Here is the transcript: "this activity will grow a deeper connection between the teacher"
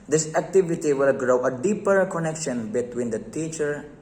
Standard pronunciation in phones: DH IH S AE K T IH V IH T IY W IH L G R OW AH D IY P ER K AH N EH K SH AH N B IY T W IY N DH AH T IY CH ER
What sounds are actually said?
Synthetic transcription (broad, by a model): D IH S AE K T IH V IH T IY W IH L G R OW AH D IY P ER K AH N EH K SH AH N B IY T W IY N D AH T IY CH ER